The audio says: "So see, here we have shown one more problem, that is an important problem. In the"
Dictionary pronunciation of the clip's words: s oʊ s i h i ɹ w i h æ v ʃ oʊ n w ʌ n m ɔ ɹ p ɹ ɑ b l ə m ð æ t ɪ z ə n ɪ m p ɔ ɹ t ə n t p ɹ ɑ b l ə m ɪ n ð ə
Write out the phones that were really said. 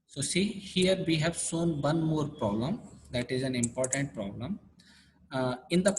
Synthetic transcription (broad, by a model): s oʊ s i h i ɹ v i h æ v s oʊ n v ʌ n m ɔ ɹ p ɹ ɑ b l ə m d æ t ɪ z ə n ɪ m p ɔ ɹ t ə n t p ɹ ɑ b l ə m ɪ n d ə